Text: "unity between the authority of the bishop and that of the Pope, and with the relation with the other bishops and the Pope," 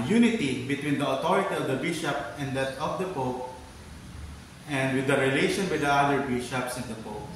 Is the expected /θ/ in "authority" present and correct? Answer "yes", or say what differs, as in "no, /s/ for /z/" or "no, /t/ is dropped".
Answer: no, /t/ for /θ/